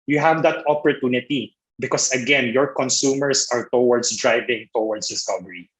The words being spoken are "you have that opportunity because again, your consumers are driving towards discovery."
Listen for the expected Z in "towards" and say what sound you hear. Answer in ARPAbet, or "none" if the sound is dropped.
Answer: S